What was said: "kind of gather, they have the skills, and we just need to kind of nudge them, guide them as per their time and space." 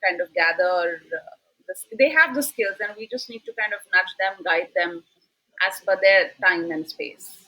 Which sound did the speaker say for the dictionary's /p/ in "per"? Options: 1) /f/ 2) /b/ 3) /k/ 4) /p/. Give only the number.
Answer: 1